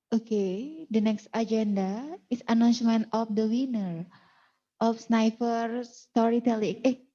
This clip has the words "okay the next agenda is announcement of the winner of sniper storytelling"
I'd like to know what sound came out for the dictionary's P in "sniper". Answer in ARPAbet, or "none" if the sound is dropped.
F